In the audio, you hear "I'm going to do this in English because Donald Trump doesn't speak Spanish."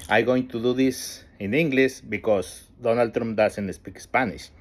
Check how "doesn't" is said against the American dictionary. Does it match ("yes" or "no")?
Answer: no